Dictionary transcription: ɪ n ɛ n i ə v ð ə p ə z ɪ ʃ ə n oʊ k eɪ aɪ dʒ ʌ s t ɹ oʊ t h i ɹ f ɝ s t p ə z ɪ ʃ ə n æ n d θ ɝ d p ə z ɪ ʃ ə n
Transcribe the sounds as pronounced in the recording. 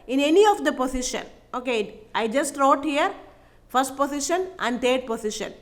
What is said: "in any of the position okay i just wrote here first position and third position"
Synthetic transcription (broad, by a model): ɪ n ɛ n i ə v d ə p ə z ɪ ʃ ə n oʊ k eɪ aɪ dʒ ʌ s t ɹ oʊ t h i ɹ f ɝ s t p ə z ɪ ʃ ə n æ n d t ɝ d p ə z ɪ ʃ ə n